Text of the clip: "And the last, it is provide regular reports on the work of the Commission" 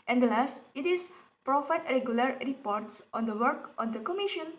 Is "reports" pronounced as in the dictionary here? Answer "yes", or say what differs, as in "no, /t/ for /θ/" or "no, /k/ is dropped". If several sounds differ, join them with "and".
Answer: yes